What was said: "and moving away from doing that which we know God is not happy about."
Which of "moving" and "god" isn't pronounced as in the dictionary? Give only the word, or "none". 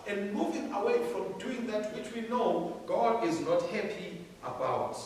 none